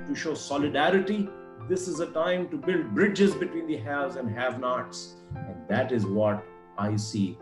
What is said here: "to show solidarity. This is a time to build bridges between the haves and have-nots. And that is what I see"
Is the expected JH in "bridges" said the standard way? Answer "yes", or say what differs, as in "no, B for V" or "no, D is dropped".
yes